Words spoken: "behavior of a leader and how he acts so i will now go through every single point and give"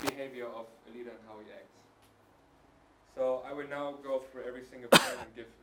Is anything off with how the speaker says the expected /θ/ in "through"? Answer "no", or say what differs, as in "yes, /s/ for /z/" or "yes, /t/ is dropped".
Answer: yes, /f/ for /θ/